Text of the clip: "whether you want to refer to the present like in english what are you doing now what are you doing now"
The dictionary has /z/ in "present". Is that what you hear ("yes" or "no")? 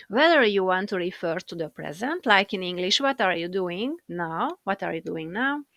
yes